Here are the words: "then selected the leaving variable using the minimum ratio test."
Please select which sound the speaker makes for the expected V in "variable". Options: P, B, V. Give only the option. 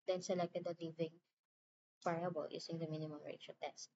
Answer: P